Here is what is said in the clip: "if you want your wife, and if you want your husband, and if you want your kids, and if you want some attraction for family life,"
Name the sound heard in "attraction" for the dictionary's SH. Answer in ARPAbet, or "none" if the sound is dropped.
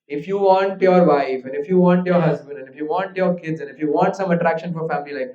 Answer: SH